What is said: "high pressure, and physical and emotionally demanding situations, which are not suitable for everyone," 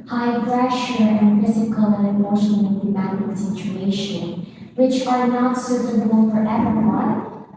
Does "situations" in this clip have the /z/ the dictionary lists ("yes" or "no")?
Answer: no